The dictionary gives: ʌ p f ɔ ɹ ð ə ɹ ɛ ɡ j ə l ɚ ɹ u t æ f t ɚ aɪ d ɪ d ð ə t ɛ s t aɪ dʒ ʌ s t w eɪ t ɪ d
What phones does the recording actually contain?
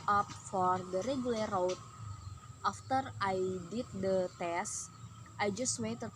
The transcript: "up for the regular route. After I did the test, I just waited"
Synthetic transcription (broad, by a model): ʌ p f ɔ ɹ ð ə ɹ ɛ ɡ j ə l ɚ w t t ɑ f t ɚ aɪ d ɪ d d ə t ɛ s t aɪ dʒ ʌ s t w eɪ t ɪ